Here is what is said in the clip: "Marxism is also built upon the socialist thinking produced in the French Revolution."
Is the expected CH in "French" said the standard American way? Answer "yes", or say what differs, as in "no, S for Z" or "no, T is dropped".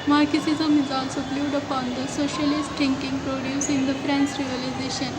no, S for CH